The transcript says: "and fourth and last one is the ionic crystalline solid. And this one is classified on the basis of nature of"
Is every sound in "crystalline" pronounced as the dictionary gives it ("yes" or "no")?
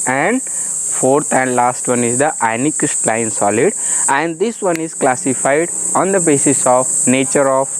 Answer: no